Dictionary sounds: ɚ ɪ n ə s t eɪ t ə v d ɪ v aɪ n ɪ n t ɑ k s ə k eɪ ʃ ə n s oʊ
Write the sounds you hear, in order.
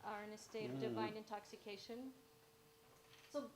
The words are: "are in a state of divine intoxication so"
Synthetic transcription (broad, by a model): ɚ ɪ n ə s t eɪ t ə v d ɪ v aɪ n ɪ n t ɑ k s ə k eɪ ʃ ə n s oʊ